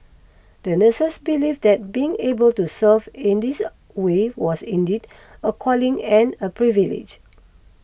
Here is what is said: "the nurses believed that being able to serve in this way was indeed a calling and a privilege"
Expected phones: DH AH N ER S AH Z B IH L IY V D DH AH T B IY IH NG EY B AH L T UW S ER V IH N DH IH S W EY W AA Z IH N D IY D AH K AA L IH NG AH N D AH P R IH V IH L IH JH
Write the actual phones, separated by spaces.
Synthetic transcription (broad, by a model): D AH N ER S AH S B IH L IY F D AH T B IY IH NG EY B AH L T UW S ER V IH N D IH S W EY W AA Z IH N D IY D AH K AA L IH NG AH N AH P R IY V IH L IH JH